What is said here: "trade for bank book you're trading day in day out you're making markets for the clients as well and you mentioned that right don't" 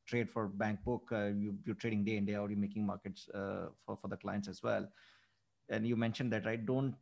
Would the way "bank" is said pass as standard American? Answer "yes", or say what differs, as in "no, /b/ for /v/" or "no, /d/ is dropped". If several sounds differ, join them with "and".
yes